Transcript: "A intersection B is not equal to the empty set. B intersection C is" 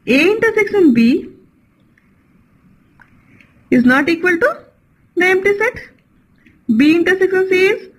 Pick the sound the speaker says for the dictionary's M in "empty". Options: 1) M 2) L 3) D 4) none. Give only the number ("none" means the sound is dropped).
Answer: 1